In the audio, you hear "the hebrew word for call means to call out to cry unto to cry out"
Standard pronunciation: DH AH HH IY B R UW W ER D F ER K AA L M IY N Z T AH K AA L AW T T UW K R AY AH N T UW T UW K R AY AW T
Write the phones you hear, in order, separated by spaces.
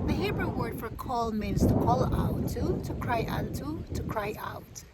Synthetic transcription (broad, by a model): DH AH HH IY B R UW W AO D F ER K AA L M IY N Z T AH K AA L AW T T UW K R AY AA T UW T UW K R AY AW T